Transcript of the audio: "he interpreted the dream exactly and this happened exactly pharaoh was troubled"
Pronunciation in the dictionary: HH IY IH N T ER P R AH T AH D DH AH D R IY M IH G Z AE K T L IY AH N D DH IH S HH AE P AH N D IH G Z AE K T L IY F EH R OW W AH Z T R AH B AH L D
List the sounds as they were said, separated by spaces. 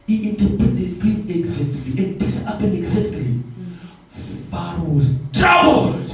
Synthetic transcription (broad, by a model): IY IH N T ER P AH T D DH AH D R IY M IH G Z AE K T L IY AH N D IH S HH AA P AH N IH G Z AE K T L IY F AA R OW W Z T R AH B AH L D